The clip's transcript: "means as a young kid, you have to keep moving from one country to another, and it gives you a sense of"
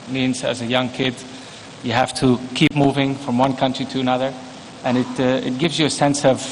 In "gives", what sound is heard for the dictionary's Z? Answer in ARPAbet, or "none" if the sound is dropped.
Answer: Z